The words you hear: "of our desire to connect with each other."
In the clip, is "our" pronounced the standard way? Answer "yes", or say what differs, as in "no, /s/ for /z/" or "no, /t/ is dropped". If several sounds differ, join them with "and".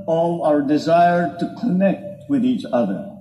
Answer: yes